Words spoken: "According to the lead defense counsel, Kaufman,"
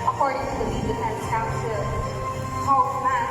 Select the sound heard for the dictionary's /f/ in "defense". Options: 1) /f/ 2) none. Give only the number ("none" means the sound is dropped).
2